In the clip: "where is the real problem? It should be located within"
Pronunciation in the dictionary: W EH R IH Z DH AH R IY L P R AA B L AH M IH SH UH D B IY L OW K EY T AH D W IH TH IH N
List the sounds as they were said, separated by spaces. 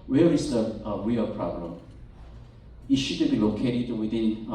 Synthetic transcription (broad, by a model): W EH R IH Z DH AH W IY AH P R AA B L AH M IH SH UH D B IY L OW K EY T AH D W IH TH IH N